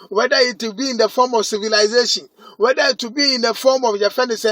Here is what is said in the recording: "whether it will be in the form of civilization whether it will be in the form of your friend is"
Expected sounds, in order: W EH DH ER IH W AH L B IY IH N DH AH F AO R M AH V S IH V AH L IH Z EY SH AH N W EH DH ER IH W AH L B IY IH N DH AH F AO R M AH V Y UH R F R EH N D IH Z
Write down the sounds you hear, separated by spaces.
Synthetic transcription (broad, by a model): W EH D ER IH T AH B IY IH N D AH F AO M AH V S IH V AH L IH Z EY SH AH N W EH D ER IH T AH B IY IH N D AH F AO M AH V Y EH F EH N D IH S